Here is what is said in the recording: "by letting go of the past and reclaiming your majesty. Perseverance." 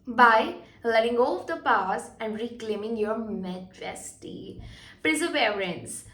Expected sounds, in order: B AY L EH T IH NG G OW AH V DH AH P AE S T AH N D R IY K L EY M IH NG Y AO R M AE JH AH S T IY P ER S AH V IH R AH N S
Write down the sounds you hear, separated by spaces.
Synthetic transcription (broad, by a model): B AY L EH T IH NG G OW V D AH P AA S AH N D R IY K L EY M IH NG Y AO R M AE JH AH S T IY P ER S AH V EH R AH N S